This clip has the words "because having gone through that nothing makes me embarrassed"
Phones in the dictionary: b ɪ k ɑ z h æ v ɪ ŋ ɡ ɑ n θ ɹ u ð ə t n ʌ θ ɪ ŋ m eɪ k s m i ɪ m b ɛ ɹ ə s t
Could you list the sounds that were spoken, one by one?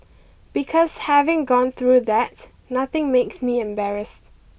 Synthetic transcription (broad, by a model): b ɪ k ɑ s h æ v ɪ ŋ ɡ ɑ n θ ɹ u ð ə t n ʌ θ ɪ ŋ m eɪ k s m i ɪ m b ɛ ɹ ə s t